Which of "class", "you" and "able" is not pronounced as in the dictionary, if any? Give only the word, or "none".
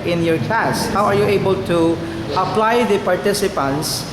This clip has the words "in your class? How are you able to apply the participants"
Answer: class